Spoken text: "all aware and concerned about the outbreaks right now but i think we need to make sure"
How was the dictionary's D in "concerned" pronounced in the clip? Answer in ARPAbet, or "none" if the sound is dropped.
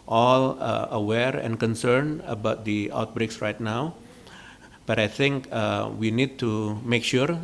none